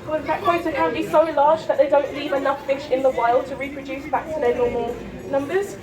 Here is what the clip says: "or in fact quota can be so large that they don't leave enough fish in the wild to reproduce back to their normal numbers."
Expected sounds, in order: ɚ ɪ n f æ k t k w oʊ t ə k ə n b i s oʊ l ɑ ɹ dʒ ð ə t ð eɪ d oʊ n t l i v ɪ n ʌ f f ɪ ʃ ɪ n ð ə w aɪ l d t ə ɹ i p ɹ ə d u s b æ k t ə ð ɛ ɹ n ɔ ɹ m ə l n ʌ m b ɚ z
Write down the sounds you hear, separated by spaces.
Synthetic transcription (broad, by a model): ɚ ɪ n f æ t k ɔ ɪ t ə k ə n b i s oʊ l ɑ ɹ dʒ ð ə t ð eɪ d oʊ n t l i v ɪ n ʌ f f ɪ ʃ ɪ n ð ə w aɪ l d t ə ɹ i p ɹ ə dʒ u s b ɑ k t ə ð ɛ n ɔ m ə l n ʌ m b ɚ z